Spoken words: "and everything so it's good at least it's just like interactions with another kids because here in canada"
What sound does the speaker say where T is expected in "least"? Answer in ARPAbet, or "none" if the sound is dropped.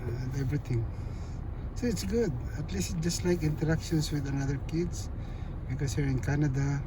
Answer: none